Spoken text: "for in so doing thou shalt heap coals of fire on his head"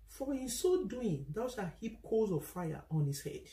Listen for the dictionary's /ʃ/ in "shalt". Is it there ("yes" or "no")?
no